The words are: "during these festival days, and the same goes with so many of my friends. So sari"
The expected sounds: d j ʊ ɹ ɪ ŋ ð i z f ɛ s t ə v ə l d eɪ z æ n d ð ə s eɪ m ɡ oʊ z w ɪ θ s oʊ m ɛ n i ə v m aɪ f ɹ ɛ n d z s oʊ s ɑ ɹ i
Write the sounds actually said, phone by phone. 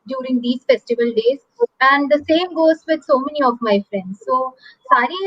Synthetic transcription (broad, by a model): d j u ɹ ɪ ŋ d i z f ɛ s t ə v ə l d eɪ z æ n d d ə s eɪ m ɡ oʊ z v ɪ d s oʊ m ɛ n i ə v m aɪ f ɹ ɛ n d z s oʊ s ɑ ɹ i